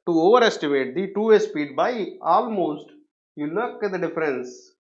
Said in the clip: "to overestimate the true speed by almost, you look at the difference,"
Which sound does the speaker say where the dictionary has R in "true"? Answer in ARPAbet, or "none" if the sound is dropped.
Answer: none